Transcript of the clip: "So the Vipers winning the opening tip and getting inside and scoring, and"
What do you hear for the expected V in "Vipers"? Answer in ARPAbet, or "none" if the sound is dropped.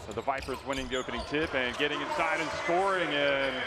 V